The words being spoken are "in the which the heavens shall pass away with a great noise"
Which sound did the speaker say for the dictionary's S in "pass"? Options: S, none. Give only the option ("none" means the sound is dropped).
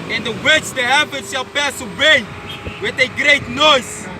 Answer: S